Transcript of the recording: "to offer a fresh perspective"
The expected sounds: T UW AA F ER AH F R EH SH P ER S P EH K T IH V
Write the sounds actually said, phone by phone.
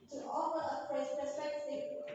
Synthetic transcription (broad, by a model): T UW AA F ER AH P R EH S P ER S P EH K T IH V